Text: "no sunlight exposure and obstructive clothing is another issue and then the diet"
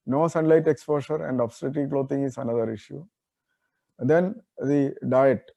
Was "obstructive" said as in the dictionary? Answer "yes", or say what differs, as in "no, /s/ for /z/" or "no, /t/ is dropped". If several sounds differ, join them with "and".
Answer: no, /k/ is dropped